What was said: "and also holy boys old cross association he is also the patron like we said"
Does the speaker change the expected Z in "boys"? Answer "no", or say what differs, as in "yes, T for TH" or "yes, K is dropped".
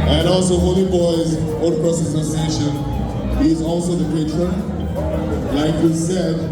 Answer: no